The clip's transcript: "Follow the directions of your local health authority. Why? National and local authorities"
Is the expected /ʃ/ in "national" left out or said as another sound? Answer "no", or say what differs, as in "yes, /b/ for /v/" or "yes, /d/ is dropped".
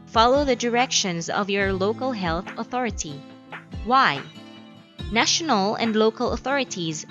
no